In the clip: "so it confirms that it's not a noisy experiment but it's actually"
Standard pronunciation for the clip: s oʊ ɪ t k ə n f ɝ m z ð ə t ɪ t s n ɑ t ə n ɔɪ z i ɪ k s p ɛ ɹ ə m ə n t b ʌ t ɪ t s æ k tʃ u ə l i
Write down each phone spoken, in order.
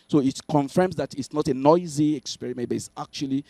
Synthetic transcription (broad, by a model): s oʊ ɪ t k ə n f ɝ m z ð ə t ɪ t s n ɑ t ə n ɔɪ z i ɪ k s p ɛ ɹ ə m ə n t b ʌ t ɪ t s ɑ k tʃ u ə l i